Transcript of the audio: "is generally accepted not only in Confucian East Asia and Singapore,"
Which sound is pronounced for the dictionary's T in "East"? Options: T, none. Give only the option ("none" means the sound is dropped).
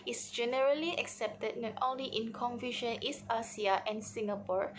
none